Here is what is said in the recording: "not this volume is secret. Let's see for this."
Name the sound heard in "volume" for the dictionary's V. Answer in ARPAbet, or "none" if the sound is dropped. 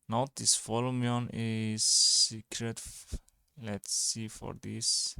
F